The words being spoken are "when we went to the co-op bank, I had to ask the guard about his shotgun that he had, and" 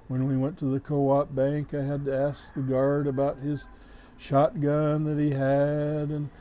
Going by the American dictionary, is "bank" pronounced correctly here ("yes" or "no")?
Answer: yes